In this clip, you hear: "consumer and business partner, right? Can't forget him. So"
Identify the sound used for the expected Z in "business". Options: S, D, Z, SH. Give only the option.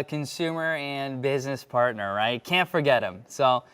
Z